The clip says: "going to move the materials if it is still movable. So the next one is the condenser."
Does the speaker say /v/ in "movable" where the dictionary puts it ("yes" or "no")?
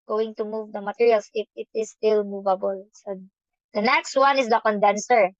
yes